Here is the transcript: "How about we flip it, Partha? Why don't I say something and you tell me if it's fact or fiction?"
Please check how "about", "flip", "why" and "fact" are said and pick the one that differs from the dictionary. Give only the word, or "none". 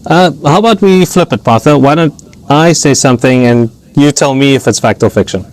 none